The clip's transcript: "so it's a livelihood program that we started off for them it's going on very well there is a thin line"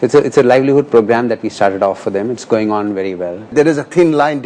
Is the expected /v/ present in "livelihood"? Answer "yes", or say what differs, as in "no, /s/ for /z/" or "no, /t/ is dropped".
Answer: yes